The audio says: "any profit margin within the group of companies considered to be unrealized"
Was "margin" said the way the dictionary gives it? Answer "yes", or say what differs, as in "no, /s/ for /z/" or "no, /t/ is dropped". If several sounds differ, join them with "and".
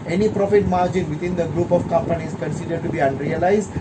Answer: yes